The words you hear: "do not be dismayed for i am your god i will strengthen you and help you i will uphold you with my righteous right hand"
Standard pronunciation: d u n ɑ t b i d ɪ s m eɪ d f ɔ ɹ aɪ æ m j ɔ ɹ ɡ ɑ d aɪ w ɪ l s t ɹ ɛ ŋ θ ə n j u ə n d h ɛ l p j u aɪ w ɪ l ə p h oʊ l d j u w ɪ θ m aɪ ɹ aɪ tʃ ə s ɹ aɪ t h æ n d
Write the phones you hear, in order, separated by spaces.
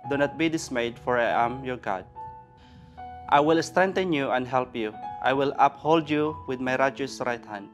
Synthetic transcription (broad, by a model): d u n ɑ t b i d ɪ s m eɪ d f ɔ ɹ aɪ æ m j ɔ ɹ ɡ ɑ d aɪ w ɪ l s t ɹ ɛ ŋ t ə n j u ə n d h ɛ l p j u aɪ w ɪ l ə p h oʊ l d j u w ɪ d m aɪ ɹ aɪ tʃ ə s ɹ aɪ t h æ n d